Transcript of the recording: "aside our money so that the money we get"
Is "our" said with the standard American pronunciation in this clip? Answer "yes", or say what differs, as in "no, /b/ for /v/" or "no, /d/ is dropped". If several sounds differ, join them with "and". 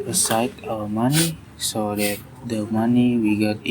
no, /w/ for /ɹ/